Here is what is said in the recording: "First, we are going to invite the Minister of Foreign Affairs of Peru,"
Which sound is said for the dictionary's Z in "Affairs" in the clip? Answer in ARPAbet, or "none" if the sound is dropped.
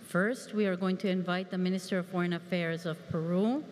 Z